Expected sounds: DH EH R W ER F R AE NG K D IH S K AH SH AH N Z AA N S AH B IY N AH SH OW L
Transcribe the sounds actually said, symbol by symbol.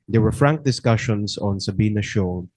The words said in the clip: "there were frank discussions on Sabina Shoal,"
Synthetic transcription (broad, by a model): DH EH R W ER F R AE NG K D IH S K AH SH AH N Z AA N S AH B IY N AH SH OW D